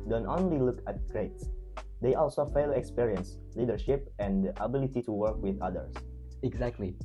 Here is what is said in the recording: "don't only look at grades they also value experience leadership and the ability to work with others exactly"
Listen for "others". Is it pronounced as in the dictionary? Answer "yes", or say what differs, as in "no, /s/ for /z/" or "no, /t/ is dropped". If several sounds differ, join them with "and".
no, /s/ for /z/